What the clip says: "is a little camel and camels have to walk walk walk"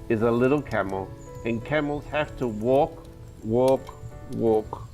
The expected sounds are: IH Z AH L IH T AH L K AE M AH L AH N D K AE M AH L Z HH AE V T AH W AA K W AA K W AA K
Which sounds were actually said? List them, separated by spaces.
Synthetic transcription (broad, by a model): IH Z AH L IH T L K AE M L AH N K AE M L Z HH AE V T AH W AA K W AA K W AA K